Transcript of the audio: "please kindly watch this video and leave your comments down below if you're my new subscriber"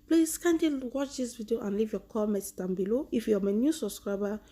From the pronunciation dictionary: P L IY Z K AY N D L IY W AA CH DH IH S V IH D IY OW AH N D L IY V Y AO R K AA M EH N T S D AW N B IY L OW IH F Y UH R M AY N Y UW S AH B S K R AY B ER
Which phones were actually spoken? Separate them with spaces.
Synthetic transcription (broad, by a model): P L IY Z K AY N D IY W AA CH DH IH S V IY D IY OW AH N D L IY V Y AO K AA M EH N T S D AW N B IY L OW IH F Y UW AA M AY N Y UW S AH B S K R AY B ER